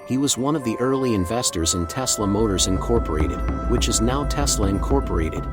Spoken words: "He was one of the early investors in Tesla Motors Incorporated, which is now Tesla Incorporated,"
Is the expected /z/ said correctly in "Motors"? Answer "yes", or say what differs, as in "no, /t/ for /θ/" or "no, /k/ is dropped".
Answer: yes